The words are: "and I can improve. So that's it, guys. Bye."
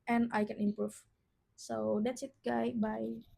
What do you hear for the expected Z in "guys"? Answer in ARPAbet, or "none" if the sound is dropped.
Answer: none